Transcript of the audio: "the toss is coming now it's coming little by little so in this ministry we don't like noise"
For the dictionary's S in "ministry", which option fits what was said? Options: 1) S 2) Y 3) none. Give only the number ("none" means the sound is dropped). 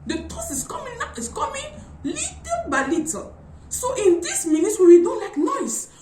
3